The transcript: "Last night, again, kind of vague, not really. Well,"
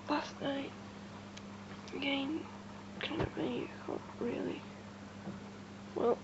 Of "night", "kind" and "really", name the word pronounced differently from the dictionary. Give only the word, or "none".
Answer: none